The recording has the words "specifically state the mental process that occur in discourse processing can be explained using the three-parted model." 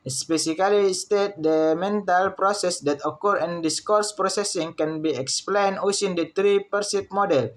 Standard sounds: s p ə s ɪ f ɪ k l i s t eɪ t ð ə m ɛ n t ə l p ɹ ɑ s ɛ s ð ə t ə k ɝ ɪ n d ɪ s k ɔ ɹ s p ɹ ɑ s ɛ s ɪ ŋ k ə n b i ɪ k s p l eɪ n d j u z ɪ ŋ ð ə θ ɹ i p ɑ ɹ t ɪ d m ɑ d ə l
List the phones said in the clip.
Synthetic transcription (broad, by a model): s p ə s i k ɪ l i s t eɪ t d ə m ɛ n t ə l p ɹ ɑ s ɛ s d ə t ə k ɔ ɪ n d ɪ s k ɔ ɹ s p ɹ ɑ s ɛ s ɪ ŋ k ə n b i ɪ k s p l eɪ n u s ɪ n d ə t ɹ i p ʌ ɹ s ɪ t m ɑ d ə l